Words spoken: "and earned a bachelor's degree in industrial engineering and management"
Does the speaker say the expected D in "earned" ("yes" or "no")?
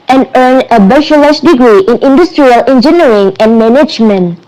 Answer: no